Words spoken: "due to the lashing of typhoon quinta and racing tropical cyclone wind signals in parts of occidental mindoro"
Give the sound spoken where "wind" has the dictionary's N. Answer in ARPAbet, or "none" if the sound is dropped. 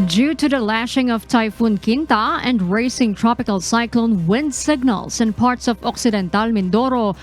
N